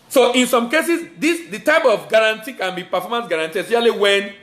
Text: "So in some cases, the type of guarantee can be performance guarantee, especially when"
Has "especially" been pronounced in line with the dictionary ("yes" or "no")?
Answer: no